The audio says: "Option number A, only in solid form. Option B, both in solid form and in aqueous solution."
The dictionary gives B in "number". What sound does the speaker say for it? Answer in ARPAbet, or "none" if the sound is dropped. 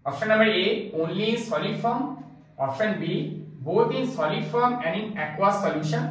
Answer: none